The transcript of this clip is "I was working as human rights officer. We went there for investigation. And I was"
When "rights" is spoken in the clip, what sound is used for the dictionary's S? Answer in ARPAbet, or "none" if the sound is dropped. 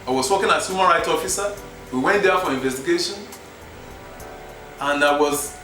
none